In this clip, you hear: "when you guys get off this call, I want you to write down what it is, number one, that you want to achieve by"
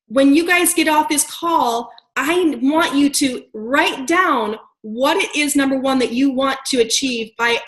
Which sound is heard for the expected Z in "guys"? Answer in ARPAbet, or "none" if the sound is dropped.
Z